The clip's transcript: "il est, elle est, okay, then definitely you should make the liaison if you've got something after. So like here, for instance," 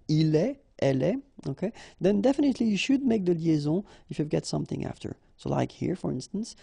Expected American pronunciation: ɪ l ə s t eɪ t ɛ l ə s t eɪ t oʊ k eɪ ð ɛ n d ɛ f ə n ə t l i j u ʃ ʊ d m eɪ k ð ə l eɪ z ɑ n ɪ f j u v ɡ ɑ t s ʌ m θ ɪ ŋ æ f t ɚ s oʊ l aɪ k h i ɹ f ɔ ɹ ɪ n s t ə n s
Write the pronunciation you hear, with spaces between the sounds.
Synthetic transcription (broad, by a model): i l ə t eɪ t ɛ l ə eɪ oʊ k eɪ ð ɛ n d ɛ f ə n ə t l i j u ʃ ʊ d m eɪ k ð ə l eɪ z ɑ ɪ f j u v ɡ ɑ t s ʌ m θ ɪ ŋ æ f t ɚ s oʊ l aɪ k h i ɹ f ɔ ɹ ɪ n s t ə n s